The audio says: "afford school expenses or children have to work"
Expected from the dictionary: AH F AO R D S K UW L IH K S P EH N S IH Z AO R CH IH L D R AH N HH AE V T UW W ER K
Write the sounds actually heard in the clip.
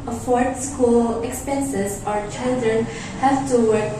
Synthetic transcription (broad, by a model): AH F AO R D S K UW L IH K S P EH N S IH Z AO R CH IH L D R AH N HH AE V T UW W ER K